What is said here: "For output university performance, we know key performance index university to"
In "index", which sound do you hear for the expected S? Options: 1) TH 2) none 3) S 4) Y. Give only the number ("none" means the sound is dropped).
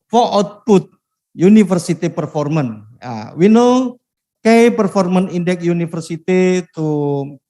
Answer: 2